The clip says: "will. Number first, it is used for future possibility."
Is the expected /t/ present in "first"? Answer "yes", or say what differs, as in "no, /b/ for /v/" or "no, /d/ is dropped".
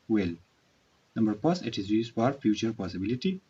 no, /t/ is dropped